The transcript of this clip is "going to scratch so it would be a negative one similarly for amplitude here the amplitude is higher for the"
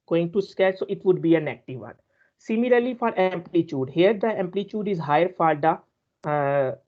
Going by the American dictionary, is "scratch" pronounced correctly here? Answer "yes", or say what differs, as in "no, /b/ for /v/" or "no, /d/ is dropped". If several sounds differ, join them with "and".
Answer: no, /ɹ/ is dropped